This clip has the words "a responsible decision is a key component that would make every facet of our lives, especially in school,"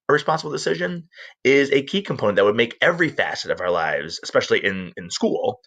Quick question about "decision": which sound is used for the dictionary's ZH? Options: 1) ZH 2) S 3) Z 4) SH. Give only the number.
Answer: 1